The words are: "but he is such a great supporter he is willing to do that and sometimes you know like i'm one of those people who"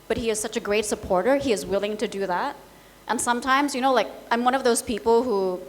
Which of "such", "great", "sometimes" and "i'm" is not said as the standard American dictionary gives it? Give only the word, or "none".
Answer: none